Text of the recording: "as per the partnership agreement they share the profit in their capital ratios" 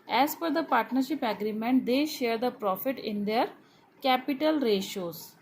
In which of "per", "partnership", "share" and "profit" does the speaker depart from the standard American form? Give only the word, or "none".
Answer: per